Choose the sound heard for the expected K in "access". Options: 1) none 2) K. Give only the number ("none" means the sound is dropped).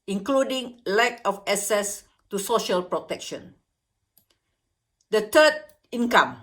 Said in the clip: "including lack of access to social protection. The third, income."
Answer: 1